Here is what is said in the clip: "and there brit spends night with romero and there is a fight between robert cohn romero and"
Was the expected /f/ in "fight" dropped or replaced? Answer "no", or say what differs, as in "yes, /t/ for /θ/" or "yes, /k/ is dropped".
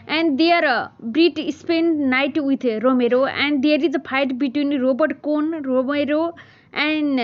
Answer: yes, /p/ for /f/